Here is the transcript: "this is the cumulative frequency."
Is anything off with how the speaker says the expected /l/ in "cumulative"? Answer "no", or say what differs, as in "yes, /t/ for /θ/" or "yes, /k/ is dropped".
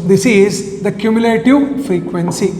no